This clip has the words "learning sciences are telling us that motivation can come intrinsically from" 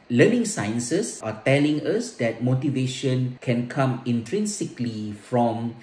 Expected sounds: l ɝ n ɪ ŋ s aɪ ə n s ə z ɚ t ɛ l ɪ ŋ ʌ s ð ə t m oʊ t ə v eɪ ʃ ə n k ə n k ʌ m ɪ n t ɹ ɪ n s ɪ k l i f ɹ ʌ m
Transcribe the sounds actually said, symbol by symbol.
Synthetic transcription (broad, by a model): l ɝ n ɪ ŋ s aɪ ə n s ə s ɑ t ɛ l ɪ ŋ ʌ s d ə t m oʊ t ə v eɪ ʃ ə n k ə n k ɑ m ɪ n t ɹ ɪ n s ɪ k l i f ɹ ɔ m